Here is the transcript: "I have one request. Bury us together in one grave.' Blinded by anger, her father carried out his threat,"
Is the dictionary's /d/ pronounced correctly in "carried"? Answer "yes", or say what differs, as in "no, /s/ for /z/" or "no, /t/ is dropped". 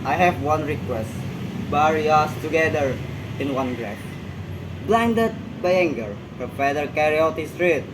no, /d/ is dropped